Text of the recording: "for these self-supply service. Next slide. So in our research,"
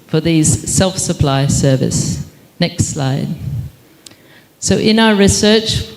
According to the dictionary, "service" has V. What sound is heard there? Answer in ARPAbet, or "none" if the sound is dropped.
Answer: V